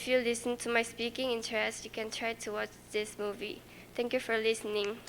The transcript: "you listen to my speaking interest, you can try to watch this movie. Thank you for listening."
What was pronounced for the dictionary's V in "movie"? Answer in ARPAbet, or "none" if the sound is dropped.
V